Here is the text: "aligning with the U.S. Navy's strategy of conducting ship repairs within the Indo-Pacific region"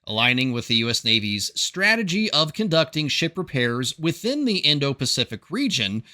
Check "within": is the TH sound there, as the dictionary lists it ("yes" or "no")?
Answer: yes